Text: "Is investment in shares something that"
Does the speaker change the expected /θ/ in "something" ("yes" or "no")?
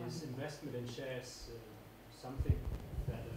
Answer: no